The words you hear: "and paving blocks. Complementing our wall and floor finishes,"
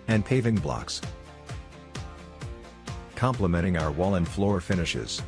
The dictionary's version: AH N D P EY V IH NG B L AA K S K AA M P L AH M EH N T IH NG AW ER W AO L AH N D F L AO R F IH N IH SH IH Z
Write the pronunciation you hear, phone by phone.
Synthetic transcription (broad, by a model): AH N P EY V IH NG B L AA K S K AA M P L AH M EH T IH NG AW ER W AO L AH N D F L AO R F IH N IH SH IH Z